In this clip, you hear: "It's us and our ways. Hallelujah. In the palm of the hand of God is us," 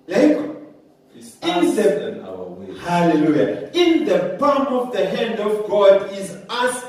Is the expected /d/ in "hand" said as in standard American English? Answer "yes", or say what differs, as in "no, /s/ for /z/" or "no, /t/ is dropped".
yes